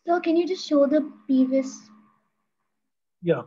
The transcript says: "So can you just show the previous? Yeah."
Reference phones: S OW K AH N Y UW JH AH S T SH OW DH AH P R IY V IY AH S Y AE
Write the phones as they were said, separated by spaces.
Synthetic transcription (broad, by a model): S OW K AH N Y UW JH AH S T SH OW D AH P IY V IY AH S Y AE